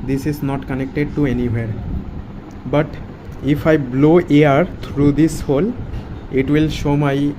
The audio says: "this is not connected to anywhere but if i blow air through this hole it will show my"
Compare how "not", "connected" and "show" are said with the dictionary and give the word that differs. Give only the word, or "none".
none